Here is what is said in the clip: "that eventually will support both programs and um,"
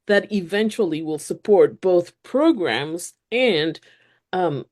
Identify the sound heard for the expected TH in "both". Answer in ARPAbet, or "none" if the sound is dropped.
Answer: TH